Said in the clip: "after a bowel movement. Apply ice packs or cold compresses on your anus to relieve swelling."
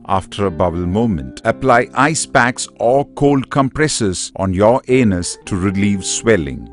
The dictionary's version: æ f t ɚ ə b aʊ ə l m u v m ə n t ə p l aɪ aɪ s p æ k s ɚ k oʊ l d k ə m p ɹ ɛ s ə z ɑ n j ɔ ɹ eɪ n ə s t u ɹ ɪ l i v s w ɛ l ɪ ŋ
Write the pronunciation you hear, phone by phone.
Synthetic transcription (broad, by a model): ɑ f t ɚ ə b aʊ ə l m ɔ m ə n t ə p l aɪ aɪ s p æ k s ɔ k oʊ l d k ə m p ɹ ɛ s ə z ɑ n j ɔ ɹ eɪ n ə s t u ɹ ɪ l i v s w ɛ l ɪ ŋ